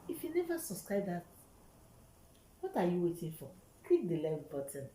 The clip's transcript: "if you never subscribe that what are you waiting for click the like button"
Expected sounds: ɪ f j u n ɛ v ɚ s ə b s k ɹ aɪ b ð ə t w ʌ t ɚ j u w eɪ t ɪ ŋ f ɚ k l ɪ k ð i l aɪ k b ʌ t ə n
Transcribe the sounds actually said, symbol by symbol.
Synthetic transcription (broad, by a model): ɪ f j u n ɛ v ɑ s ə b s k ɹ aɪ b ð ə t w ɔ t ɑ j u w eɪ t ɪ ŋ f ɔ k w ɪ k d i l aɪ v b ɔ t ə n